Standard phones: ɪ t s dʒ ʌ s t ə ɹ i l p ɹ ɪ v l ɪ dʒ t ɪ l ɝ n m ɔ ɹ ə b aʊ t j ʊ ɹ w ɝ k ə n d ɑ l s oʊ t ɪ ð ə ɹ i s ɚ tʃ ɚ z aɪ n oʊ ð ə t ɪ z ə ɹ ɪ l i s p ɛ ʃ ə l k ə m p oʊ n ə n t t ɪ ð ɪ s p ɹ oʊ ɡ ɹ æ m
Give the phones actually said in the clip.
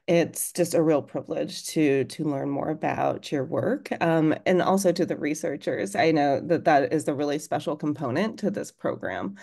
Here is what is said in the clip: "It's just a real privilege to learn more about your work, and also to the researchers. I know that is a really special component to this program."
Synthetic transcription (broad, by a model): ɪ t s dʒ ʌ s t ə ɹ i l p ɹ ɪ v l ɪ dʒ t ɪ l ɝ n m ɔ ɹ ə b aʊ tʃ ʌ ɹ w ɝ k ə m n ɑ l s oʊ t ɪ ð ə ɹ i s ɚ tʃ ɚ z aɪ n oʊ ð ə t ɪ z ə ɹ ɪ l i s p ɛ ʃ l k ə m p oʊ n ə n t t ɪ ð ɪ s p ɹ oʊ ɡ ɹ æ m